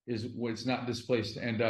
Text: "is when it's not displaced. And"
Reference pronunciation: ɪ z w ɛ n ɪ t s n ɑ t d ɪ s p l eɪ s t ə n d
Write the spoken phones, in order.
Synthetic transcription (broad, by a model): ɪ z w ɪ t s n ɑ t d ɪ s p l eɪ s t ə n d